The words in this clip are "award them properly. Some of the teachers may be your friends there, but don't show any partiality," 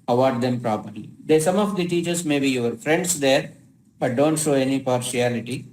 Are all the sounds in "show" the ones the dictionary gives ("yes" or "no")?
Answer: yes